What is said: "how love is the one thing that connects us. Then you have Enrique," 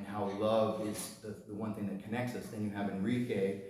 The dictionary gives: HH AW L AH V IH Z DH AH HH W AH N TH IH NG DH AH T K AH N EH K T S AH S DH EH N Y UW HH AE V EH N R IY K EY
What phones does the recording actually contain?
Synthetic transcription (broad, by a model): HH AW L AH V IH Z DH AH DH W AH N TH IH NG DH AH T K AH N EH K T S AH S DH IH N Y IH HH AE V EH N R IY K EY